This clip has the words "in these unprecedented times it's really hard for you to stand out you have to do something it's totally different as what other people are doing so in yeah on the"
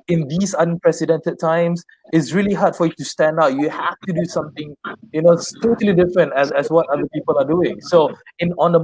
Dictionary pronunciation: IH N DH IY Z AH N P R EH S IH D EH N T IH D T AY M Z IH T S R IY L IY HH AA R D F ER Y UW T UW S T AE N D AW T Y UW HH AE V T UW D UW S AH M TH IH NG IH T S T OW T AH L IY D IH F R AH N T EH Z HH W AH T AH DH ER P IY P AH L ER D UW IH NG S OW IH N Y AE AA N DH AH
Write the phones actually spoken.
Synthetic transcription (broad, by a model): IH N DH IY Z AH N P R EH S IH D EH N T IH D T AY M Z IH T S R IY L IY HH AA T F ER Y UW T UW S T AE N D AW T Y UW HH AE F T UW D UW S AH M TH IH NG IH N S T OW T AH L IY D IH F R AH N T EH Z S W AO T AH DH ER P IY P AH L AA D UW IH NG S OW IH N AA N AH